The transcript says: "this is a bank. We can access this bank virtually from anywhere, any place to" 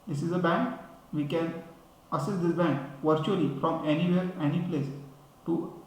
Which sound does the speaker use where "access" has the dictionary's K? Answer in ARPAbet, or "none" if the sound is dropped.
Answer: none